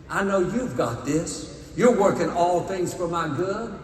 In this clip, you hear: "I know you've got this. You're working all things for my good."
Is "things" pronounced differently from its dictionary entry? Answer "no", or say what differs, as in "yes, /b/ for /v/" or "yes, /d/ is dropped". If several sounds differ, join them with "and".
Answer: no